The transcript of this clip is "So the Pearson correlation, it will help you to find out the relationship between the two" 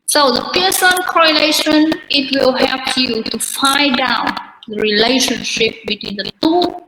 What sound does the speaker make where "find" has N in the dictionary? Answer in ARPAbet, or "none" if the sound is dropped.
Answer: none